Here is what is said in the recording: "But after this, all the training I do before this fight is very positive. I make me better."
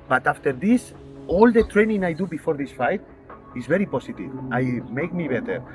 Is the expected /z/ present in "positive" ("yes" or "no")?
no